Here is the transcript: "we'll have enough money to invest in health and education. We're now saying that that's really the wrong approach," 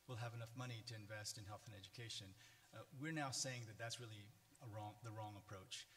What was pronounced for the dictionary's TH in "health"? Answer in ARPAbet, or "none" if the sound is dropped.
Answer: TH